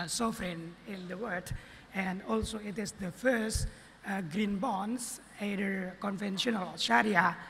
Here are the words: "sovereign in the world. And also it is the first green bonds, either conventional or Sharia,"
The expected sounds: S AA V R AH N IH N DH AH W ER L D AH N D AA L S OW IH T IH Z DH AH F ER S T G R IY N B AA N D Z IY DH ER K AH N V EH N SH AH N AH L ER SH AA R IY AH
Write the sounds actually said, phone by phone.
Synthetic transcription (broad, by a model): S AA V R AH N IH N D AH W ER D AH N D AA L S OW IH T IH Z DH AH F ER S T G R IY N B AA N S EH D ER K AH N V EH N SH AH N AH L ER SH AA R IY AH